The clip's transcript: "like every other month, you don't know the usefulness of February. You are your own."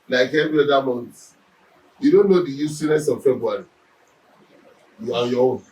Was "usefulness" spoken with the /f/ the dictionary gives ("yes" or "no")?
no